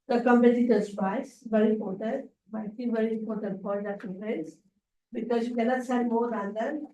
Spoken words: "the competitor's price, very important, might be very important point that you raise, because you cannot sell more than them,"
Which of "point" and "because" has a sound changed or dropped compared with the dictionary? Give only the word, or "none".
point